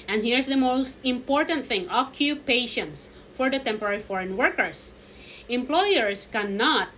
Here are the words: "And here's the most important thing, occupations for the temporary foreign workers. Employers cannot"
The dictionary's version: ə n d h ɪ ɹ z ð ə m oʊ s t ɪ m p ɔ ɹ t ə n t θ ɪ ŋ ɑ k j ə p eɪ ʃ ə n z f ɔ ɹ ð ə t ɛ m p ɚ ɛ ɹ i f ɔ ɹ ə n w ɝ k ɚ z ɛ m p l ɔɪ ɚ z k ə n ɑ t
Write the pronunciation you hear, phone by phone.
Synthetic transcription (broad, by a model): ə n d h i ɹ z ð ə m oʊ s t ɪ m p ɔ ɹ t ə n t θ ɪ ŋ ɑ k j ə p eɪ ʃ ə n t f ɔ ɹ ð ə t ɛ m p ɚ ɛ ɹ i f ɔ ɹ ə n w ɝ k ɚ s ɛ m p l ɔɪ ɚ s k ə n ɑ t